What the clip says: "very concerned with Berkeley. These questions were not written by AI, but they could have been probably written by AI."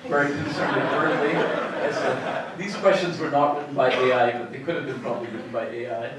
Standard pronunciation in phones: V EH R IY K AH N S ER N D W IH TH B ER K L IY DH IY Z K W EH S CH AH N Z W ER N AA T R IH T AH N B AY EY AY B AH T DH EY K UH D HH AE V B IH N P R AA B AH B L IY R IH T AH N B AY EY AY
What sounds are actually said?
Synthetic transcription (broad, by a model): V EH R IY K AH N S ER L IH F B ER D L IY DH IY Z K W EH S CH AH N Z W ER N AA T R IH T N B AY EY AY B AH T DH EY K UH D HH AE V B IH N P R AA B AH B L IY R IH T N B AY EY AY